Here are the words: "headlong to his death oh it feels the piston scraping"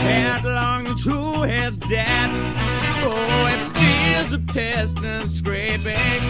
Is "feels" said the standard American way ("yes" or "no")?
no